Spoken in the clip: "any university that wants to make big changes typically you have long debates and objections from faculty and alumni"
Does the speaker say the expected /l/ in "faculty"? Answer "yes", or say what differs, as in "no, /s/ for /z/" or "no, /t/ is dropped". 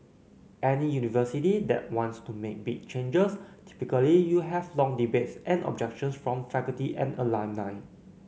no, /l/ is dropped